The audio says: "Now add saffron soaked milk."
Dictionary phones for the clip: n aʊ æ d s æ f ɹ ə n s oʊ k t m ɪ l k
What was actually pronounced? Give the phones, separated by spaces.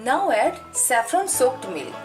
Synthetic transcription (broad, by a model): n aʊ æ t s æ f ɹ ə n s oʊ k t m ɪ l